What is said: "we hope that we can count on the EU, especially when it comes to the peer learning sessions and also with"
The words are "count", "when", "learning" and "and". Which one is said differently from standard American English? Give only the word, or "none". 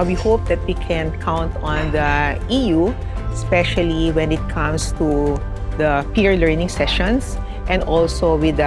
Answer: none